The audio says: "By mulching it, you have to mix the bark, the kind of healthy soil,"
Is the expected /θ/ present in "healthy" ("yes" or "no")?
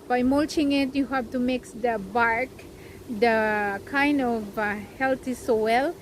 no